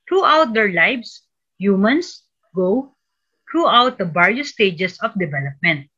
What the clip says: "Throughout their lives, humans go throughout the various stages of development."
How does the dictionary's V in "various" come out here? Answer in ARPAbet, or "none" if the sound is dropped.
B